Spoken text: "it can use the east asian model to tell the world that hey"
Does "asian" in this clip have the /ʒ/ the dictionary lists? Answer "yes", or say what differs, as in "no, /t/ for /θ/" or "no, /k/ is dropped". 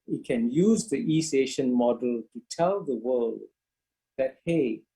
no, /ʃ/ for /ʒ/